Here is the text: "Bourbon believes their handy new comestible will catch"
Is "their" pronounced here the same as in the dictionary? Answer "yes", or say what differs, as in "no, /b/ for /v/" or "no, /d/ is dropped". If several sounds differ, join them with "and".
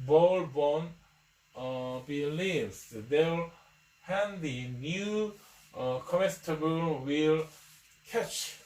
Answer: no, /l/ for /ɹ/